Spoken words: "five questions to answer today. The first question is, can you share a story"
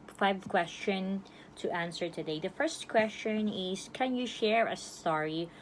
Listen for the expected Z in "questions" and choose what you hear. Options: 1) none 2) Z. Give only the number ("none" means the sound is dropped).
1